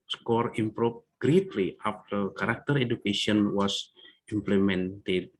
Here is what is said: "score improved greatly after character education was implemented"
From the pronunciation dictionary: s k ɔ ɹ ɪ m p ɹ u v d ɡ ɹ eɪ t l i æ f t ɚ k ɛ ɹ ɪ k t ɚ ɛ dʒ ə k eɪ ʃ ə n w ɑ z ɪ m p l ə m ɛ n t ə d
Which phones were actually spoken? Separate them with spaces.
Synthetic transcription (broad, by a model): s k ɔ ɹ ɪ m p ɹ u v ɡ ɹ eɪ t l i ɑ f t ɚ k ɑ ɹ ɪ k t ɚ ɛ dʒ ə k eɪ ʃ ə n w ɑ s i m p l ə m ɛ n t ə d